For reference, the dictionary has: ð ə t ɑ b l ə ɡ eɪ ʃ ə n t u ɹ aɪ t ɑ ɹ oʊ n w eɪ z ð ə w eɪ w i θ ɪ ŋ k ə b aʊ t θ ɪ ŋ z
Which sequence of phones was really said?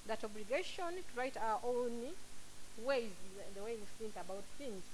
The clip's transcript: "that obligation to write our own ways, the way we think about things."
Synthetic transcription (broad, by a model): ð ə t ɑ b l ə ɡ eɪ ʃ ə n t u ɹ aɪ t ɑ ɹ oʊ n w eɪ z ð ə w eɪ w i s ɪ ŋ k ə b aʊ t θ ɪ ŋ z